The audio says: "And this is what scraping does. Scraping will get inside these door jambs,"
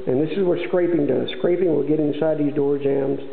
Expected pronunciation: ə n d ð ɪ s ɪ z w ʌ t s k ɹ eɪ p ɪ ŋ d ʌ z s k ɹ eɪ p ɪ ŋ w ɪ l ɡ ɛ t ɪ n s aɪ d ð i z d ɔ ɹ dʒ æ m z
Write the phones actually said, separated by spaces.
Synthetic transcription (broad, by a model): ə n ð ɪ s ɪ z w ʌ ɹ s k ɹ eɪ p ɪ ŋ d ʌ z s k ɹ eɪ p ɪ ŋ w ɪ l ɡ ɛ t ɪ n s aɪ d ð i z d ɔ ɹ dʒ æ m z